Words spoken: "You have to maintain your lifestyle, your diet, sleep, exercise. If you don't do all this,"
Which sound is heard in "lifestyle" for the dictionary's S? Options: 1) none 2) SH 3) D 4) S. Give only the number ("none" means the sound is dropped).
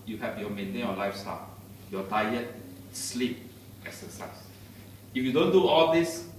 4